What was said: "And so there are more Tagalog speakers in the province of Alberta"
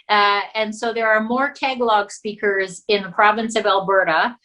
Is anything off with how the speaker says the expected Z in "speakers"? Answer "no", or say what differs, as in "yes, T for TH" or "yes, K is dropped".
no